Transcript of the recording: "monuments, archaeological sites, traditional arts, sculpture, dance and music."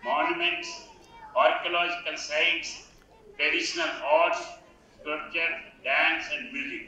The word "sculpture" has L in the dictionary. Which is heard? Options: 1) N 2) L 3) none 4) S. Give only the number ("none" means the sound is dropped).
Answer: 3